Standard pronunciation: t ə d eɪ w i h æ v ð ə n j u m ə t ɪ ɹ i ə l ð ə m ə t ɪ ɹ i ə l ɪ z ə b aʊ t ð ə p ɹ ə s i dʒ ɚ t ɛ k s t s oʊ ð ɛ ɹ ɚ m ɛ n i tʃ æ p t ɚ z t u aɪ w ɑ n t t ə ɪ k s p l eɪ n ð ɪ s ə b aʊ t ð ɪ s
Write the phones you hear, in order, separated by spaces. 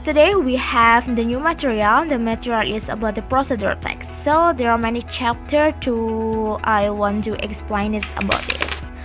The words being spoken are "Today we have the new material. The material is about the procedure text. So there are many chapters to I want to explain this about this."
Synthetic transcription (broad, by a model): t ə d eɪ w i h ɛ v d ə n j u m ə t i ɹ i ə l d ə m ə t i ɹ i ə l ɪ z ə b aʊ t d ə p ɹ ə s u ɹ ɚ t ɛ k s s oʊ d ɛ ɹ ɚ m ɛ n i tʃ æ p t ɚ t u aɪ w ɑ n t t ə k s p l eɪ n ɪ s ə b aʊ t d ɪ s